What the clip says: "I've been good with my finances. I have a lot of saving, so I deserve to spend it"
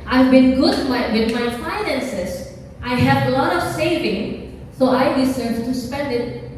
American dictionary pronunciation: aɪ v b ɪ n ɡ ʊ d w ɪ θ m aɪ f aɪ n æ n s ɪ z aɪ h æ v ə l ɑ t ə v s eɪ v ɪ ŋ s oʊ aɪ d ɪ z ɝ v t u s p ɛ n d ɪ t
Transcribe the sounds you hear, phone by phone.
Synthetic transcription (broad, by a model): aɪ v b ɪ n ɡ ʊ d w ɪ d m aɪ f aɪ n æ n s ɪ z aɪ h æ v ə l ɑ t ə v s eɪ v ɪ ŋ s oʊ aɪ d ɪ s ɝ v t u s p ɛ n d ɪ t